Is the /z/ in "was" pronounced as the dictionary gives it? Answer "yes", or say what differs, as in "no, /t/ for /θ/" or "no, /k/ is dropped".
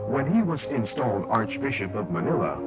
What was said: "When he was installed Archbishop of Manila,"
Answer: yes